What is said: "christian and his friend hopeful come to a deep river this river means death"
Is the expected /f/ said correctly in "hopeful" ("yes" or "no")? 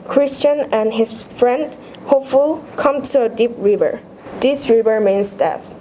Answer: yes